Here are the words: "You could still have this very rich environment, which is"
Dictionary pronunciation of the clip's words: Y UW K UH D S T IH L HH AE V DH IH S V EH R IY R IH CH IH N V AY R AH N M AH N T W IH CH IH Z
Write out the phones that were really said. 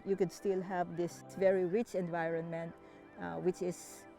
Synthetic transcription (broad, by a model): Y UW K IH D S T IH L HH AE V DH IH S V EH R IY R IH CH IH N V AY R AH N M AH N T W IH CH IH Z